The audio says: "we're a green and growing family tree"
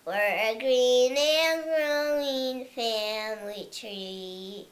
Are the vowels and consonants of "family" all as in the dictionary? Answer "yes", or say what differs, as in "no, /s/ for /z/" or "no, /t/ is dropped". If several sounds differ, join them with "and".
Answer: yes